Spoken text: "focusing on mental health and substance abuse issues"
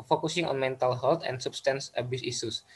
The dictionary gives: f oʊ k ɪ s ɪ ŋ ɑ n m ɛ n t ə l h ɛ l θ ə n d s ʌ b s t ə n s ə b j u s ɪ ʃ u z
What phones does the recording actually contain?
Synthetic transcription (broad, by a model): f oʊ k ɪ s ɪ ŋ ɑ n m ɛ n t ə l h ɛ l t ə n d s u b s t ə n s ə b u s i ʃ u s